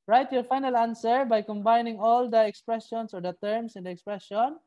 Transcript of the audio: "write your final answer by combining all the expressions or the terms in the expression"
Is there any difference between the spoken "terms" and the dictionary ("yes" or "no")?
yes